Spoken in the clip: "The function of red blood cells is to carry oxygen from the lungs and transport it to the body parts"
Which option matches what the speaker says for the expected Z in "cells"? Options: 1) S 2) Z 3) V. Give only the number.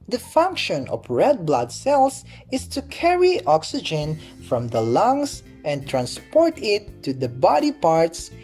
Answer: 1